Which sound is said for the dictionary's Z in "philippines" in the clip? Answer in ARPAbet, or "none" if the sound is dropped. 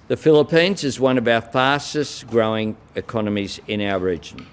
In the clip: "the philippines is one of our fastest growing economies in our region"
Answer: Z